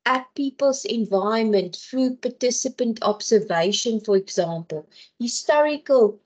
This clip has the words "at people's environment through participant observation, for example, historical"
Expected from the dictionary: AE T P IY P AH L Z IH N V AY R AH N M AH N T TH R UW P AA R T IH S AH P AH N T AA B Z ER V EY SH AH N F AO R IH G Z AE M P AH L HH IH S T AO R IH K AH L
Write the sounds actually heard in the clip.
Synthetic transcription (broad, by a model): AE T P IY P AH L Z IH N V AY AH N M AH N T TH R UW P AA T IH S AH P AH N T AA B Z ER V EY SH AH N F AO R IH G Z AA M P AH L HH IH S T AO R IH K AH L